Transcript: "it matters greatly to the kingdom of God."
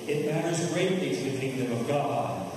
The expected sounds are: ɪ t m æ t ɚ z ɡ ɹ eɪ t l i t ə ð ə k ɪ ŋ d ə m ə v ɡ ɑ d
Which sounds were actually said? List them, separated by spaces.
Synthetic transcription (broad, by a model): ɪ t m æ t ɚ z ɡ ɹ eɪ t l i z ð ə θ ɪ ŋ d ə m ə v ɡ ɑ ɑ